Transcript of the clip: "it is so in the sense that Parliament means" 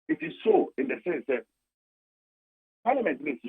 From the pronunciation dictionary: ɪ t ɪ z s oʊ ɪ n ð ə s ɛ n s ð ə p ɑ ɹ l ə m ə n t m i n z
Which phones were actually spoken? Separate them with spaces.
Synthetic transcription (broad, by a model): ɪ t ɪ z s oʊ ɪ n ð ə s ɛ s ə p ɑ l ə m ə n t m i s